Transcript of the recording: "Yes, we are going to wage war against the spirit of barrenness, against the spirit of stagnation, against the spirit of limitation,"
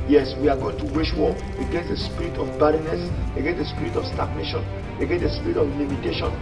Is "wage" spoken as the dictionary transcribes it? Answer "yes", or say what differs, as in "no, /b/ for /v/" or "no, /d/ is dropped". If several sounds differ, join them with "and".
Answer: no, /ʃ/ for /dʒ/